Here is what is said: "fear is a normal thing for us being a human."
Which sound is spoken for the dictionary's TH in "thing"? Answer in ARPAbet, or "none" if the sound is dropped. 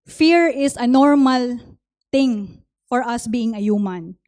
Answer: T